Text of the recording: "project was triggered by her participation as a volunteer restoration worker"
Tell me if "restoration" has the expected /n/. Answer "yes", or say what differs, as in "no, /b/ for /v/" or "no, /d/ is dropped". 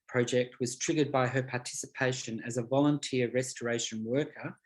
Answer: yes